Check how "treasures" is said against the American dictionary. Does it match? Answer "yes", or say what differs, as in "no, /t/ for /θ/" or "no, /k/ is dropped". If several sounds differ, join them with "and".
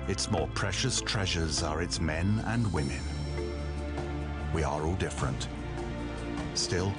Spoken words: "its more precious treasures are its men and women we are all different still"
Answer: yes